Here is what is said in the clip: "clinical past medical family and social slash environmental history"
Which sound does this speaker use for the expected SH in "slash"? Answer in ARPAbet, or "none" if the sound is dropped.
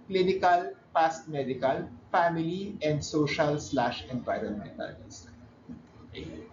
SH